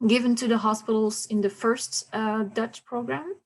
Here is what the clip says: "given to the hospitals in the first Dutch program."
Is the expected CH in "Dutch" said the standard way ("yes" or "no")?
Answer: yes